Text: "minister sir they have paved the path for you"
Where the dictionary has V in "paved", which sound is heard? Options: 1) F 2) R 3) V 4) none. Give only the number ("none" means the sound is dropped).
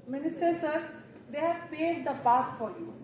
4